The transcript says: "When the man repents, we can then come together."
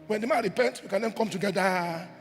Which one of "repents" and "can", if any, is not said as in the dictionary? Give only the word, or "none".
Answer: repents